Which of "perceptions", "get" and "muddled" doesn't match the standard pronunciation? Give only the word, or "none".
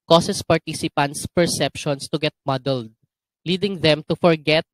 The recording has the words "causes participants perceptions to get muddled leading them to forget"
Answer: perceptions